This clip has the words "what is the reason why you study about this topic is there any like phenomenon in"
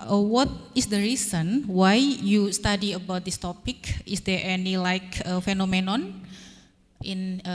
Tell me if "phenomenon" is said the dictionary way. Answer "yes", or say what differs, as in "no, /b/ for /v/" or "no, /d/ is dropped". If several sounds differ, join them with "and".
yes